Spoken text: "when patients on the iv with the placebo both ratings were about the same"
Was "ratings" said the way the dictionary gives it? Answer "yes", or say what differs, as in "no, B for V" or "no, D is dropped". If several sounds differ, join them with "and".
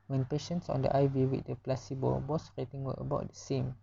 no, Z is dropped